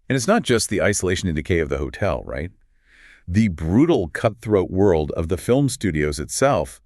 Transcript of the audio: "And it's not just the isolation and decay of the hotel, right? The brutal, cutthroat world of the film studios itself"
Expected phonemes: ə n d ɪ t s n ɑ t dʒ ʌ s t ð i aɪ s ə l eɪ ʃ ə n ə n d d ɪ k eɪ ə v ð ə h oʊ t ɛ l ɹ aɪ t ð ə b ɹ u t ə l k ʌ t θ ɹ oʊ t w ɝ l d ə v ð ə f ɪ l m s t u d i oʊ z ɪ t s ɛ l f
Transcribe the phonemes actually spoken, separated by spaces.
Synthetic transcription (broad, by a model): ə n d ɪ t s n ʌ t dʒ ʌ s t ð i aɪ s ə l eɪ ʃ ə n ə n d d ɪ k eɪ ə v ð ə h oʊ t ɛ l ɹ aɪ t ð ə b ɹ u t l k ʌ t θ ɹ oʊ t w ɝ l d ə v ð ə f ɪ l m s t u d i oʊ z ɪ t s ɛ l f